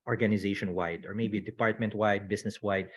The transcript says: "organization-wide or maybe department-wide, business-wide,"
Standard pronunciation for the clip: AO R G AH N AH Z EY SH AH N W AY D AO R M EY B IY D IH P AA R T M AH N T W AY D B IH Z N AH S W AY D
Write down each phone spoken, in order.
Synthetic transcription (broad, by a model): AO R G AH N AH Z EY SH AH N W AY D AO R M EY B IY D IH P AA R T M AH N T W AY D B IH S N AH S W AY D